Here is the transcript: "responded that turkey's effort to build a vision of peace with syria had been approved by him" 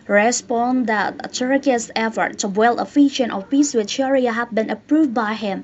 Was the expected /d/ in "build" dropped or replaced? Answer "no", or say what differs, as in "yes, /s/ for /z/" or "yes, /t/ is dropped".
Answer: yes, /d/ is dropped